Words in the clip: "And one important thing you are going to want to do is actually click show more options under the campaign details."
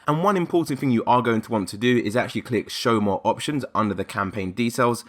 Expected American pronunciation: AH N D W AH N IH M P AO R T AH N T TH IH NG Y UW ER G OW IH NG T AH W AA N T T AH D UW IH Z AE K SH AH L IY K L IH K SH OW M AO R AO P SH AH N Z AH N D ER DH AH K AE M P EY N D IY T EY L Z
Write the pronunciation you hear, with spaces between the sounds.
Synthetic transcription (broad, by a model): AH N W AH N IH M P AO T N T TH IH NG Y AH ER G OW IH NG T AH W AA N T T AH D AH IH Z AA K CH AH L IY K L IH K SH OW M AO R AO P SH AH N Z AH N D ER DH AH K AE M P EY N D IY T EY L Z